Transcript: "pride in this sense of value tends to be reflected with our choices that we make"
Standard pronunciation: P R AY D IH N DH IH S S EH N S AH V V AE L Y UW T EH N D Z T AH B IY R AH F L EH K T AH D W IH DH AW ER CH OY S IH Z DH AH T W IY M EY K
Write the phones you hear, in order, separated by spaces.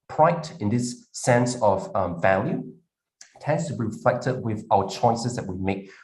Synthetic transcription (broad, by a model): P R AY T IH N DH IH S S EH N S AH V V AE L Y UW T EH N D Z T AH B IY R AH F L EH K T AH D W IH DH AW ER CH OY S IH Z DH AH T W IY M EY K